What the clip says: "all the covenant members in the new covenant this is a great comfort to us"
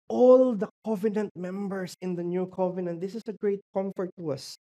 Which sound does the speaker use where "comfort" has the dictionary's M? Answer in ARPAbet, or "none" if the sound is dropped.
M